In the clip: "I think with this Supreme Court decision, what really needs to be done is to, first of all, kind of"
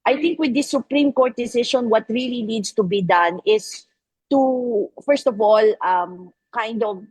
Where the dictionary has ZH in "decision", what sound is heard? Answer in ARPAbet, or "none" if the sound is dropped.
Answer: SH